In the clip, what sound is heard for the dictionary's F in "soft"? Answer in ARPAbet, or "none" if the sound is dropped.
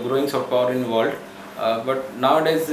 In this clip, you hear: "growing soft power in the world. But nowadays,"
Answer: none